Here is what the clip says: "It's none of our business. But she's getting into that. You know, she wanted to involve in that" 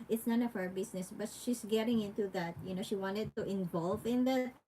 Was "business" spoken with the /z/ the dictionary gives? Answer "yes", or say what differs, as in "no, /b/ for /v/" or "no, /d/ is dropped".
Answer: no, /s/ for /z/